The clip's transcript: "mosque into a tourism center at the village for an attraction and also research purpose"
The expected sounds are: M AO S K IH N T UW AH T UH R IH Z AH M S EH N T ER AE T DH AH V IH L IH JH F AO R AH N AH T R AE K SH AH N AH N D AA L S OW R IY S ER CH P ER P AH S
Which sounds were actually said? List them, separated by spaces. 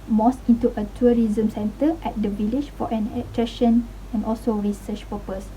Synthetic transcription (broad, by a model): M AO S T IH N T UW AH T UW R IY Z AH M S EH N T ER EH T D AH V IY L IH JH F AO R AH N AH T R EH SH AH N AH N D AA L S OW R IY S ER CH P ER P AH S